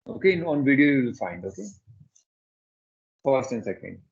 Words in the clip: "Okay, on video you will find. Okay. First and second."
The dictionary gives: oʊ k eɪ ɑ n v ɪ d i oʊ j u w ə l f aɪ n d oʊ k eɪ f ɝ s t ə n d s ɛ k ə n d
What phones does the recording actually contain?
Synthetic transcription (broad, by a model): oʊ k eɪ ɑ n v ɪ d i oʊ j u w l f aɪ n d oʊ k eɪ f ɝ s t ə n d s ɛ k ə n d